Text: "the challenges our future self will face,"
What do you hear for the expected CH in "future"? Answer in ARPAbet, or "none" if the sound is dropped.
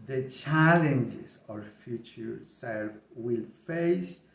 CH